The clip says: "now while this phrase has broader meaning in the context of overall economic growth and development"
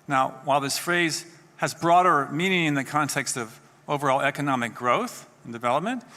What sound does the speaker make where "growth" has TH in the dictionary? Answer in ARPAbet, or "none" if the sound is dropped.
TH